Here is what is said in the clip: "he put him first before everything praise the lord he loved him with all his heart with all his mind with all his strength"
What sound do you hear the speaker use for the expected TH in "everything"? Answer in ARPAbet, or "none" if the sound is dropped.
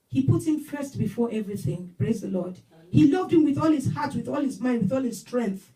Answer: TH